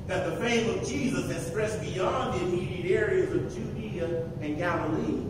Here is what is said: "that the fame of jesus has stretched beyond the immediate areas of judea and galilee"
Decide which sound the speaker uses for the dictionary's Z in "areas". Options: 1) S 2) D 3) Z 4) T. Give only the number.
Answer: 3